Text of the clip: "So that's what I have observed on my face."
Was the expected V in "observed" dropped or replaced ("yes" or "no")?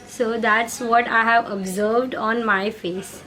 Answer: no